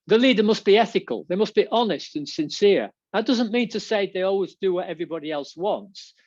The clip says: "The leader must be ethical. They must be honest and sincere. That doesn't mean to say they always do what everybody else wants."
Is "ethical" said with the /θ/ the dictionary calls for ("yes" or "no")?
yes